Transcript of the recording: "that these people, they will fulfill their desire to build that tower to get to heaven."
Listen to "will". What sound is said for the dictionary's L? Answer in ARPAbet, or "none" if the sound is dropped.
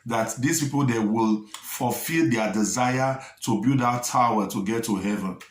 L